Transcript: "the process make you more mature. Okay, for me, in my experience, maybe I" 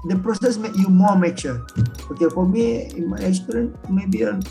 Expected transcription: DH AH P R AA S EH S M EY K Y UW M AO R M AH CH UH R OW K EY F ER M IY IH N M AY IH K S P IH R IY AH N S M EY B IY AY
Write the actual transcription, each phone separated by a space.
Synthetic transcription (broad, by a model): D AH P R AA S EH S M EY K Y UW M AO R M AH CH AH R OW K EY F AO M IY IH N M AY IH S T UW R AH N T M EY B IY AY